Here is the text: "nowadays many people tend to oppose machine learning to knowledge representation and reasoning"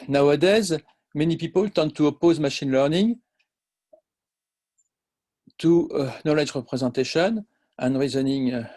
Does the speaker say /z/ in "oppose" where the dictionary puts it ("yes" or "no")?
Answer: yes